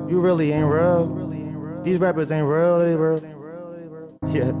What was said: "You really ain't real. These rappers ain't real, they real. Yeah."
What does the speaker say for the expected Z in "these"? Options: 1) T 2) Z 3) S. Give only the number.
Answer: 2